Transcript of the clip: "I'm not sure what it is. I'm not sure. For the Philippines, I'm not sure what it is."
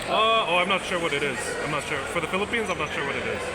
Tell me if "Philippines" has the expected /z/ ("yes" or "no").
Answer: yes